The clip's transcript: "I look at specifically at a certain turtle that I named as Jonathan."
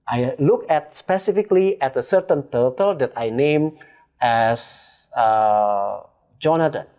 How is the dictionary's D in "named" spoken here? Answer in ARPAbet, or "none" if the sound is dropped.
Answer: none